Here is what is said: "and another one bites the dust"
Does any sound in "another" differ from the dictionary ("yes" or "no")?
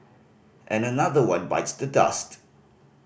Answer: no